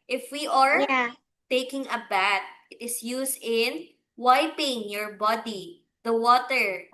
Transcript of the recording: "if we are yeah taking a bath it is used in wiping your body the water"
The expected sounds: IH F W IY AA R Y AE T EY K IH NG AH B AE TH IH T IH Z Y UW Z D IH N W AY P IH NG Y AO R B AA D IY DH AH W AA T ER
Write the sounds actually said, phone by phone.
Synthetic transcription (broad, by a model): IH F W IY AA R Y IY T EY K IH NG AH B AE T IH T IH S Y UW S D IH N W AY P IH NG Y AO R B AA D IY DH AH W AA T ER